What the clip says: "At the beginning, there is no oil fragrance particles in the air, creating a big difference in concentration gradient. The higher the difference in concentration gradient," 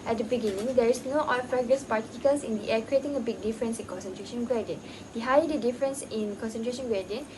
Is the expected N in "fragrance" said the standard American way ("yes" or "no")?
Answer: no